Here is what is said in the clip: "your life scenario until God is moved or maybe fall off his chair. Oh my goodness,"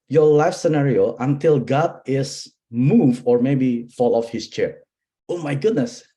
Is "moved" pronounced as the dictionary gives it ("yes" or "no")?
no